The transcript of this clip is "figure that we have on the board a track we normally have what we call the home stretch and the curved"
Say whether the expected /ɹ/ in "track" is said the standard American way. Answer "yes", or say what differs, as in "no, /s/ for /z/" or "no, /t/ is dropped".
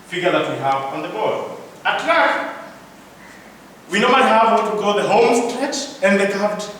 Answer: no, /l/ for /ɹ/